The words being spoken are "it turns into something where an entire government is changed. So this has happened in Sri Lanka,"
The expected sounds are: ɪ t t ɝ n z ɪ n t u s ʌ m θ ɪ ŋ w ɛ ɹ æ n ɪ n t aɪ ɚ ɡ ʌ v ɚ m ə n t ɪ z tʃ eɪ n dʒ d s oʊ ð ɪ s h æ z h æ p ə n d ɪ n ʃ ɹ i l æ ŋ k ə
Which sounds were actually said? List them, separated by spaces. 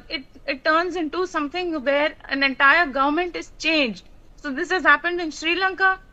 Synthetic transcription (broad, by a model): ɪ t t ɝ n z ɪ n t u s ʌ m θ ɪ ŋ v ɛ ɹ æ n ɪ n t aɪ ɚ ɡ ʌ v ɚ m ə n t ɪ z tʃ eɪ n dʒ d s oʊ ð ɪ s h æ z h æ p ə n d ɪ n ʃ ɹ i l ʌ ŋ k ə